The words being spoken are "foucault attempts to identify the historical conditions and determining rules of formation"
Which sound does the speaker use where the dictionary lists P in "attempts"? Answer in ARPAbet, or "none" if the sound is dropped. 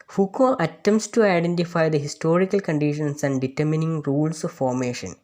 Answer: none